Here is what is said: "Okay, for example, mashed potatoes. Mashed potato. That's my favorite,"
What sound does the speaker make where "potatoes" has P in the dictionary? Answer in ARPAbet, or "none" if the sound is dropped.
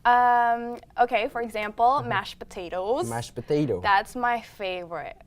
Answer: P